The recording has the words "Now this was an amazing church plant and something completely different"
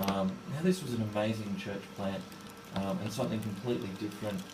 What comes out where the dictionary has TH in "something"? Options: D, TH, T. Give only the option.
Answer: TH